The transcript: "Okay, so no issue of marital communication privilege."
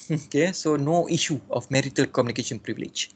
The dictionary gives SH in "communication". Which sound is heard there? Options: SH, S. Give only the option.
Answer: SH